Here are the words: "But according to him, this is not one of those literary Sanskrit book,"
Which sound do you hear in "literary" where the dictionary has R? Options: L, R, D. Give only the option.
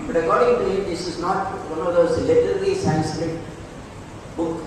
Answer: L